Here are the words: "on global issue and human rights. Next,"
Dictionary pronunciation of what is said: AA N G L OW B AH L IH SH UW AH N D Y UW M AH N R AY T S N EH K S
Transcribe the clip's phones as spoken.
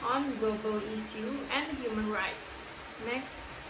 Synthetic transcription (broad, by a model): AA N G L OW B AH L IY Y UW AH N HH Y UW M AH N R AY T S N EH K S